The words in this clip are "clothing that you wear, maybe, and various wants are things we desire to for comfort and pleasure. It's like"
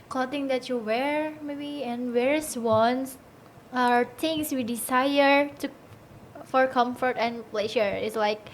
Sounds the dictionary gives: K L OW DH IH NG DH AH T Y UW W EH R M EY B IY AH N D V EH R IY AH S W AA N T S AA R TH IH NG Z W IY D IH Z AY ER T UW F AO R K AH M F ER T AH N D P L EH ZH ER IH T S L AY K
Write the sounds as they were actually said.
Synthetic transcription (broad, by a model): K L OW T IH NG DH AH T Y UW W EH R M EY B IY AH N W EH R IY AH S W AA N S AA R T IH NG S W IY D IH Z AY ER T UW F AO R K AH M F ER T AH N P L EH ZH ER IH T S L AY K